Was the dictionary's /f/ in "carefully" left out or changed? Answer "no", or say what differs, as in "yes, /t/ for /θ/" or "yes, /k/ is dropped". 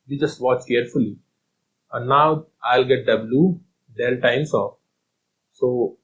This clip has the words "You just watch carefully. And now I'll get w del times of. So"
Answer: no